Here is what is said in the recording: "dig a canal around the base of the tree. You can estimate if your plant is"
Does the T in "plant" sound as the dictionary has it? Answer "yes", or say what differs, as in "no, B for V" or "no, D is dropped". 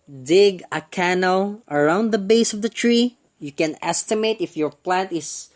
yes